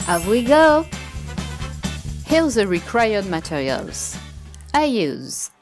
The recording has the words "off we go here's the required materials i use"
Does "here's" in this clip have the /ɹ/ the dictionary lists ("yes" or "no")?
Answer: no